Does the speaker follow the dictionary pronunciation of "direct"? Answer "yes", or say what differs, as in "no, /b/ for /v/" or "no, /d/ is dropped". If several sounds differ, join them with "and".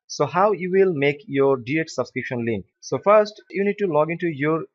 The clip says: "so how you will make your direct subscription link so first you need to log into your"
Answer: no, /k/ is dropped